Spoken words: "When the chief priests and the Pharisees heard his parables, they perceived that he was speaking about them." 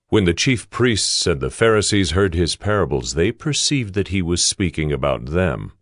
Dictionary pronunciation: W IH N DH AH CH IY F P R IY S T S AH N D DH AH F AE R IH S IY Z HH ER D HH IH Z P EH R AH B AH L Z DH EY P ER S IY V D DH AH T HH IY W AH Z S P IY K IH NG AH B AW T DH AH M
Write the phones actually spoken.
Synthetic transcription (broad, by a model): W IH N DH AH CH IY F P R IY S T S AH N DH AH F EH R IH S IY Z HH ER D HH IH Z P EH R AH B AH L Z DH EY P ER S IY V D DH AH T HH IY W AH Z S P IY K IH NG AH B AW T DH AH M